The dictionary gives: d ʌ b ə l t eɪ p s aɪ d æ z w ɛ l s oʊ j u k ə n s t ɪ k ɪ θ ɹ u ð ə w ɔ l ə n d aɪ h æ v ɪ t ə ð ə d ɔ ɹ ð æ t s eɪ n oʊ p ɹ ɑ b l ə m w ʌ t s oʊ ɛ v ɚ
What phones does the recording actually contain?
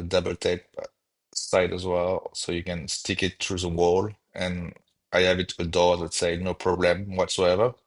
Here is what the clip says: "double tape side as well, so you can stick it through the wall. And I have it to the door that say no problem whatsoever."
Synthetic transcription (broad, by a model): d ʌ b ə l t eɪ p s aɪ d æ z w ɛ l s oʊ j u k ə n s t ɪ k ɪ t ɹ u ð ə w ɔ l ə n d aɪ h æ v ɪ t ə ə d ɔ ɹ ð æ t s eɪ n oʊ p ɹ ɑ b l ə m w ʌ t s oʊ ɛ v ɚ